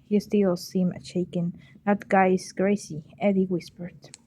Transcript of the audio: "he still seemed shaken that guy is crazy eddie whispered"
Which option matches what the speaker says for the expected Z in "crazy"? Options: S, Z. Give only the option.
S